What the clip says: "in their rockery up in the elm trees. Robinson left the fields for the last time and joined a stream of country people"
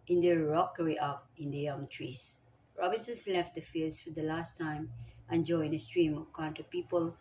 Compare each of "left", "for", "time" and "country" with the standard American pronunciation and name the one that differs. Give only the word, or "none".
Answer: country